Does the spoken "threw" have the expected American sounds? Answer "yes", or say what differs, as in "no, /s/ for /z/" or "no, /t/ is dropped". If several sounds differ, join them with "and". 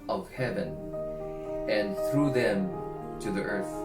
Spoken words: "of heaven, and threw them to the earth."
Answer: yes